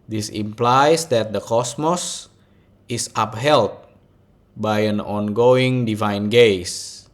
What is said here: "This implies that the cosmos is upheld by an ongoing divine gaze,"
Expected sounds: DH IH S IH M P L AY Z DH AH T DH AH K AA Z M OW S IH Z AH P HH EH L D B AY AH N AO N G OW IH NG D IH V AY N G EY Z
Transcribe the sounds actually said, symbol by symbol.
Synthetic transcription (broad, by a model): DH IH S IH M P L AY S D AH T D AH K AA S M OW S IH S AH P HH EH L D B AY AH N AO N G OW IH NG D IH V AY N G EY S